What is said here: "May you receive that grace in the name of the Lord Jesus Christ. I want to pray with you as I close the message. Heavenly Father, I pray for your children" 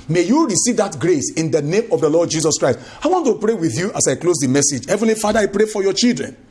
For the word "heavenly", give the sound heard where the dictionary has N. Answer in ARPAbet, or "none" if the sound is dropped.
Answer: N